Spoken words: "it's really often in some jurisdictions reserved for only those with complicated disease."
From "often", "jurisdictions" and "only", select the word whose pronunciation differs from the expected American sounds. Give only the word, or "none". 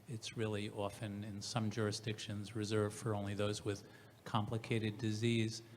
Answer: none